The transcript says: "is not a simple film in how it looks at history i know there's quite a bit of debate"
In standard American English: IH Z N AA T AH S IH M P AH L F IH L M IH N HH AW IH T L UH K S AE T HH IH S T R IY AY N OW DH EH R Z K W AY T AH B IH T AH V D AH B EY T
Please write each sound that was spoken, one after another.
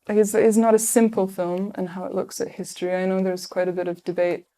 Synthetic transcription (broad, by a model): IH Z N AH T AH S IH M P L F IH L M IH N HH AW IH T L UH K S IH T HH IH S T R IY AY N OW DH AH R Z K W AY T AH B IH T AH V D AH B EY T